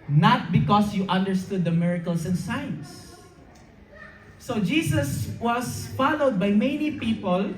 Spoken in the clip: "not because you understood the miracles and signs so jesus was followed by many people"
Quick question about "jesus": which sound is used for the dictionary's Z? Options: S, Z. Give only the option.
S